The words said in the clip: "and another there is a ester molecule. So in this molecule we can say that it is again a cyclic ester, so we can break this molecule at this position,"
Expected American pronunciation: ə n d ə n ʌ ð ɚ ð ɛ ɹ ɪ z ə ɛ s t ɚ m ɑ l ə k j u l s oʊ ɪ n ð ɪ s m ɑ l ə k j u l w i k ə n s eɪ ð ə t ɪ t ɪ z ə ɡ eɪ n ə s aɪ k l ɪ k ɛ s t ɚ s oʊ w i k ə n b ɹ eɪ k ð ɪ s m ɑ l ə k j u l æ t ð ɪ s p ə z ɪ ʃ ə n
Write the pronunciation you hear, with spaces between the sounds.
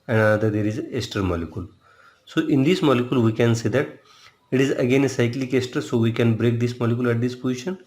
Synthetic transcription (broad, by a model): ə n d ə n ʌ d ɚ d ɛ ɹ ɪ z ə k s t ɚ m ɑ l ə k j u l s oʊ ɪ n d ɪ s m ɑ l ə k j u l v i k ə n s eɪ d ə t ɪ t ɪ z ə ɡ eɪ n ə s aɪ k l ɪ k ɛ s t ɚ s oʊ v i k ə n b ɹ eɪ k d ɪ s m ɑ l ə k j u l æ t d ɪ s p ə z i ʃ ə n